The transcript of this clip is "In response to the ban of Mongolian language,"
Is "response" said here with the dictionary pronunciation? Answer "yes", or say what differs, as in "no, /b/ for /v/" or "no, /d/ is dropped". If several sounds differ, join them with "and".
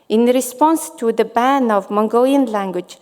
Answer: yes